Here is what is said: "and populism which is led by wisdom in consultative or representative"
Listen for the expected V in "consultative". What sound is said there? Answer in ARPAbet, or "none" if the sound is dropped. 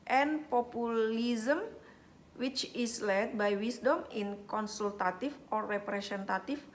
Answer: F